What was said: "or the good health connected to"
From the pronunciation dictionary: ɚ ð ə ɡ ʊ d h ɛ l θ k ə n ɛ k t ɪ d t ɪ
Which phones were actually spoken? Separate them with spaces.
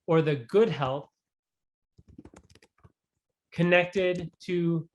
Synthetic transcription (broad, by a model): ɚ ð ə ɡ ʊ d h ɛ l θ k ə n ɛ k t ɪ d t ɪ